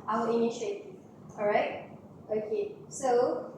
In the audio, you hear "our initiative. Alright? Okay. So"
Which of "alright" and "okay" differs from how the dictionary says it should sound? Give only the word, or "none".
alright